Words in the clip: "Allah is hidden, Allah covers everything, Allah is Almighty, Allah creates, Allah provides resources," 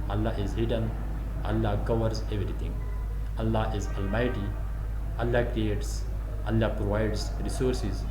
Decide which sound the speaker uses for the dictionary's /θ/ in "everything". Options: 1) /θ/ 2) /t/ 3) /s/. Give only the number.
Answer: 2